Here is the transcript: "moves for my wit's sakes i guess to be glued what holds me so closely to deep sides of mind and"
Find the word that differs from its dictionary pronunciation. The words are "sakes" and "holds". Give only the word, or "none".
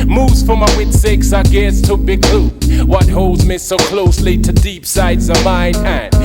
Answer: none